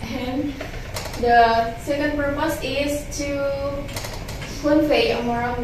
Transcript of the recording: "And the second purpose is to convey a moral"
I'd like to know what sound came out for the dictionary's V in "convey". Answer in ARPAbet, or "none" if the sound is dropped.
F